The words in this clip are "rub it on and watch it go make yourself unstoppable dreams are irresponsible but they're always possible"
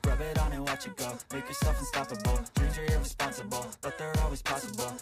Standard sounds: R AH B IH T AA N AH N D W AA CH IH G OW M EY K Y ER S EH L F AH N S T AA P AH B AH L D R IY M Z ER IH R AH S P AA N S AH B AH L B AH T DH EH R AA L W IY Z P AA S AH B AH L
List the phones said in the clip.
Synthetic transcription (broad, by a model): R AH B IH T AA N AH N W AA CH IH G OW M EY K Y ER S EH L F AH N S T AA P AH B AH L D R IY Z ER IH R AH S P AA N S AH B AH L B AH T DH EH R AA L W IY Z P AA S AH B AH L